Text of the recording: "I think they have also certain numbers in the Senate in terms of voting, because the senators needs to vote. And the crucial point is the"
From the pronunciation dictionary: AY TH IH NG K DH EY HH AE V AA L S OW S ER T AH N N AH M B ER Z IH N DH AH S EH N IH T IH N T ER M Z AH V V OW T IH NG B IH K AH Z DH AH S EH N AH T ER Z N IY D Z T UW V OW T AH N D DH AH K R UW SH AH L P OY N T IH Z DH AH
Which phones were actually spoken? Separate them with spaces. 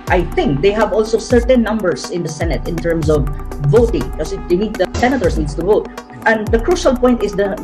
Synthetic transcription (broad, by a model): AY TH IH NG K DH EY HH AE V AA L S OW S ER T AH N N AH M B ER S IH N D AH S EH N IH T IH N T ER M S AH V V OW T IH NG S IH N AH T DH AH S EH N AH T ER S N IY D S T UW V OW T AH N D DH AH K R UW SH AH L P OY N T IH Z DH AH